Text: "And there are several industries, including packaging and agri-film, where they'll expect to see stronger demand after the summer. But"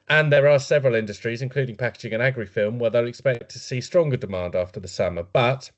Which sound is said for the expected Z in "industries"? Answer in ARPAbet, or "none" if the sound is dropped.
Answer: Z